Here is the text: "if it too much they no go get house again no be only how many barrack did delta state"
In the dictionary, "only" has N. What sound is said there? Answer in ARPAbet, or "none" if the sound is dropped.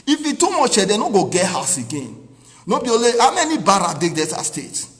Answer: none